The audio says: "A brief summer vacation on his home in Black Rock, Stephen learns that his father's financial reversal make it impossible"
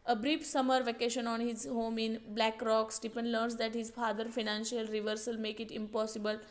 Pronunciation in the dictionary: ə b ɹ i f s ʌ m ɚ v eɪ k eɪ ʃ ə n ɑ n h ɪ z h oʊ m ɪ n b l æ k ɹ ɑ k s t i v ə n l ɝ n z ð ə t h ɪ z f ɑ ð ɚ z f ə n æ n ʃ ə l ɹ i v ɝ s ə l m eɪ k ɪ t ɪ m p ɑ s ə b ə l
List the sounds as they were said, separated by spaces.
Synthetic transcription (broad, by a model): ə b ɹ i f s ʌ m ɚ v eɪ k eɪ ʃ ə n ɑ n h ɪ z h oʊ m ɪ n b l æ k ɹ ɑ k s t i p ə n l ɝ n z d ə t h ɪ z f ɑ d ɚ f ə n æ n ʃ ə l ɹ i v ɝ s ə l m eɪ k ɪ t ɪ m p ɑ s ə b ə l